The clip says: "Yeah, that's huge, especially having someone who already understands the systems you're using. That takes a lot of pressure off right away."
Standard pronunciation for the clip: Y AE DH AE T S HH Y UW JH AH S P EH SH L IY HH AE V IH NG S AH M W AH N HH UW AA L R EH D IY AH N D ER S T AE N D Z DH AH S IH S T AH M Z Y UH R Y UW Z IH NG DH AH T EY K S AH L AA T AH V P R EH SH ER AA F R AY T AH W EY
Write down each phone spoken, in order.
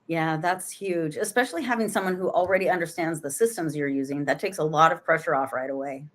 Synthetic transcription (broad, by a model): Y AE DH AE T S HH Y UW JH AH S P EH SH L IY HH AE V IH NG S AH M W AH N HH UW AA L R EH D IY AH N D ER S T AE N D Z DH AH S IH S T AH M Z Y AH R Y UW Z IH NG DH AH T EY K S AH L AA T AH V P R EH SH ER AA F R AY T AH W EY